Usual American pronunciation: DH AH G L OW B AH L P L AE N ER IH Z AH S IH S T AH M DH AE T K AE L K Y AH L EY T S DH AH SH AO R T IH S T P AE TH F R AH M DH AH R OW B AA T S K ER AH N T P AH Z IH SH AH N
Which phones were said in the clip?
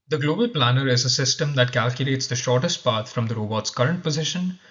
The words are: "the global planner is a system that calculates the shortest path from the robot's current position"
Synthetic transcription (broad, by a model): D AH G L OW B AH L P L AE N ER IH Z AH S IH S T AH M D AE T K AE L K Y AH L EY T S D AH SH AO R T IH S T P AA T F R AH M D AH R OW B AA T S K ER AH N T P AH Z IH SH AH N